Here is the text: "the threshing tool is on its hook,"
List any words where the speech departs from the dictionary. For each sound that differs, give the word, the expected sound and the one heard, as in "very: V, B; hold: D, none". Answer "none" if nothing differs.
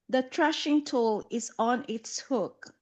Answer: threshing: TH, T